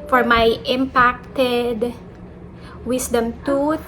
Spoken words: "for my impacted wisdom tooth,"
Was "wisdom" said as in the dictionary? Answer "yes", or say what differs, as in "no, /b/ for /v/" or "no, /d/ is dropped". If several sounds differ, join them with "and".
no, /s/ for /z/